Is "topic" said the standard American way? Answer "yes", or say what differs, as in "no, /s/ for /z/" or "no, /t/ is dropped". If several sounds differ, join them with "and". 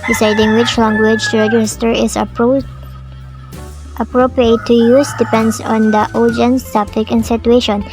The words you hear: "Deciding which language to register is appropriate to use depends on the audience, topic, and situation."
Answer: no, /f/ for /p/